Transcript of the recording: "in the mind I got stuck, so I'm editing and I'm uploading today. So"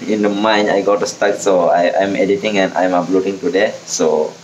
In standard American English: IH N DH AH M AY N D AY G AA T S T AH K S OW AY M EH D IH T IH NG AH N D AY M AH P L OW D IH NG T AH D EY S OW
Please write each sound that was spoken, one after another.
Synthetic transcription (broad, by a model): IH N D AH M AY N AY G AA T S T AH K S OW AY M EH D IH T IH NG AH N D AY M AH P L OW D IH NG T AH D EY S OW